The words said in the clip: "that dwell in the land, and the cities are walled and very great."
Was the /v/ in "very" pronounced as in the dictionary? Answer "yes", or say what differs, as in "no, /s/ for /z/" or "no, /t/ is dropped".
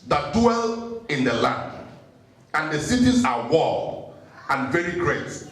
yes